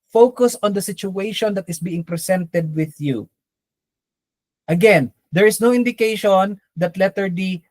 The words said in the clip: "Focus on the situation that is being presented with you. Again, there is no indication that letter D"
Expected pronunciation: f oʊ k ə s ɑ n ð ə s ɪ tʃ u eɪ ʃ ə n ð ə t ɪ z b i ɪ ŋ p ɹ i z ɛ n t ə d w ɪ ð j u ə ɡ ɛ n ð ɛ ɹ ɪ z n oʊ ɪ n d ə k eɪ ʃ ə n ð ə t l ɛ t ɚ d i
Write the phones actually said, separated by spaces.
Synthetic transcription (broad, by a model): f oʊ k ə s ɑ n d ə s ɪ tʃ u eɪ ʃ ə n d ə t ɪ s b i ɪ ŋ p ɹ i s ɛ n t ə d w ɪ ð j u ə ɡ ɛ n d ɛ ɹ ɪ s n oʊ ɪ n d ə k eɪ ʃ ə n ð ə t l ɛ t ɚ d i